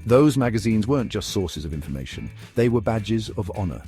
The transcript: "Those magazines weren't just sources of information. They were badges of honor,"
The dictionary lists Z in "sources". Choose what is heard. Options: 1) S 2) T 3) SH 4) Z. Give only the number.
4